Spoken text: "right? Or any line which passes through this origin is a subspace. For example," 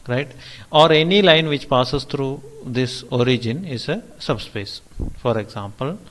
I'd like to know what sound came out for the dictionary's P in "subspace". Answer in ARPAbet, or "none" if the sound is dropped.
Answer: P